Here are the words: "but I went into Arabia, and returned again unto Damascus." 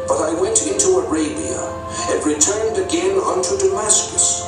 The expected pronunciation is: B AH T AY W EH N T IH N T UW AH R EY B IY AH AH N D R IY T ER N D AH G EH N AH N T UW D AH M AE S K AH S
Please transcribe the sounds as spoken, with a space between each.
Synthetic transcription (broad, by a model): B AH T AY W EH N T IH N T UW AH R EY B IY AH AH N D R IY T ER N D AH G EH N AH N T UW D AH M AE S K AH S